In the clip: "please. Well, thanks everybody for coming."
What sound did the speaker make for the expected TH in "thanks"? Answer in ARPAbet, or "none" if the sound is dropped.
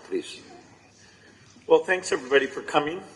TH